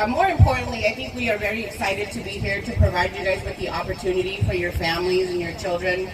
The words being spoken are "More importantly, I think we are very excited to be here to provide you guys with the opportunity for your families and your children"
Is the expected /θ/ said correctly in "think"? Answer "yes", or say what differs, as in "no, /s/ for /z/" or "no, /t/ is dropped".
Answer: yes